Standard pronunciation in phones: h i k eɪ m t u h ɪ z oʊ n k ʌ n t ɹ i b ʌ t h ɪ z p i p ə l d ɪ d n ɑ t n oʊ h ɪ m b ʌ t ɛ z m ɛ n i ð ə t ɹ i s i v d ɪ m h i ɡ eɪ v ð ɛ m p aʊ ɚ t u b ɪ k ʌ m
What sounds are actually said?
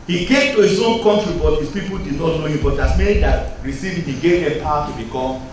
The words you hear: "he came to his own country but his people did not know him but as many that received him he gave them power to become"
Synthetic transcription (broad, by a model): h i k eɪ m t u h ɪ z oʊ n k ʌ n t ɹ i b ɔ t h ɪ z p i p ə l d ɪ d n ɑ t n oʊ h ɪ m b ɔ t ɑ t m ɛ n i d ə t ɹ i s i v ɪ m h i ɡ eɪ v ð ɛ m p aʊ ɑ t u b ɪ k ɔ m